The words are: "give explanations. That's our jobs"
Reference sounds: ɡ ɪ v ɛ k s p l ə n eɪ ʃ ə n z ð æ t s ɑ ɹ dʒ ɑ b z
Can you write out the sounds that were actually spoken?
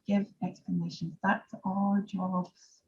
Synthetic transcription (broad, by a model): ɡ ɪ v ɛ k s p l ə n eɪ ʃ ə n z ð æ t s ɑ l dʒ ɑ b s